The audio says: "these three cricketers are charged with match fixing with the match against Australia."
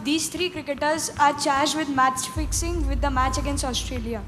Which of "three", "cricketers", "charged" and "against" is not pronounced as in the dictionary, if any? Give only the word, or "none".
three